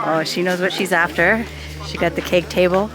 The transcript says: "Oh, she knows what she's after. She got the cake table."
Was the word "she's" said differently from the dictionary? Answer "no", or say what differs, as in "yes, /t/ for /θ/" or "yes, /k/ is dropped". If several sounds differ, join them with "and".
no